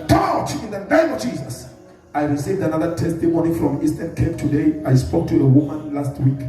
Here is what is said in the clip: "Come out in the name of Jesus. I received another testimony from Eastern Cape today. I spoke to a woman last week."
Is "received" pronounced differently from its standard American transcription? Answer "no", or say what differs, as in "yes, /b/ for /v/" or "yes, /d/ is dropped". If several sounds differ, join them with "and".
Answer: no